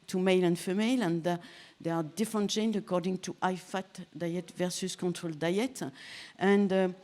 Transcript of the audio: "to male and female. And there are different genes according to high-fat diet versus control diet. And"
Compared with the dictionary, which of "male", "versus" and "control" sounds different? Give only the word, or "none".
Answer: none